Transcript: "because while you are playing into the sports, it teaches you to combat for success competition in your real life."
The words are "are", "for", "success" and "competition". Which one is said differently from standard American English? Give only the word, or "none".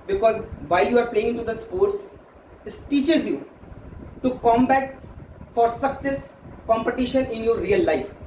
none